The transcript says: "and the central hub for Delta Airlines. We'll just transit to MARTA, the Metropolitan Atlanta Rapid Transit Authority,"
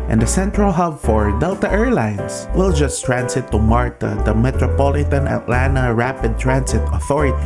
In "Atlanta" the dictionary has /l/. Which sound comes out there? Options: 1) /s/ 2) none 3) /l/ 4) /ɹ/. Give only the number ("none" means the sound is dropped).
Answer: 3